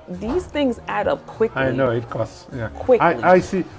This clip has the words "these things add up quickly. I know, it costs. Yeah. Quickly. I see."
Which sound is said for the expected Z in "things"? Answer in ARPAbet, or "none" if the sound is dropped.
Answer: Z